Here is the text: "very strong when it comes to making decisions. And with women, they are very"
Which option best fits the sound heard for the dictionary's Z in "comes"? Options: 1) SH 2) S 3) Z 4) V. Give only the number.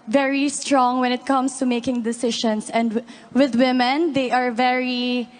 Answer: 2